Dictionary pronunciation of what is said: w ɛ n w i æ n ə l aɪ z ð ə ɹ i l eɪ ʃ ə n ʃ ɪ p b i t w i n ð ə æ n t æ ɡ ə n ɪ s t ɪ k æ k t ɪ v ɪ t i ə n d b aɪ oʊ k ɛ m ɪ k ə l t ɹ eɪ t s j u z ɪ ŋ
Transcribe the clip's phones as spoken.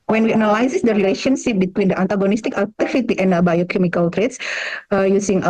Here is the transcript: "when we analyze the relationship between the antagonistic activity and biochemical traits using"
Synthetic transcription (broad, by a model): w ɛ n w i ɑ n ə l aɪ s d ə ɹ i l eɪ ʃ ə n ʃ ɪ p b i t w i n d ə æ n t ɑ ɡ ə n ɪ s t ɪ k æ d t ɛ f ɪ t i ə n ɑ b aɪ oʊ k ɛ m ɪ k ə l t ɹ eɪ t s j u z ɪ ŋ